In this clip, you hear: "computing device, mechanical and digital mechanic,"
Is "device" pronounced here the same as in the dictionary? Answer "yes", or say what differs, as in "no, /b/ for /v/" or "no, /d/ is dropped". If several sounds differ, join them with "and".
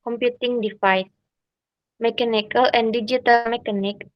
no, /f/ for /v/